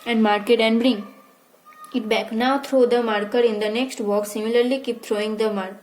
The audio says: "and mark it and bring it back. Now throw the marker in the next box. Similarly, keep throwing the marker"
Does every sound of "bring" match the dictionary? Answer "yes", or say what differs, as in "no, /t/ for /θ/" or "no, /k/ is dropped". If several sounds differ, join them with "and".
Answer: yes